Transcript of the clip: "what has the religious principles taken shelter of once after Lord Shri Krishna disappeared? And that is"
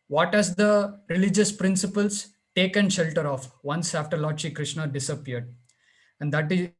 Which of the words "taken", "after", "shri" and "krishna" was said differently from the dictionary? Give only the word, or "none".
shri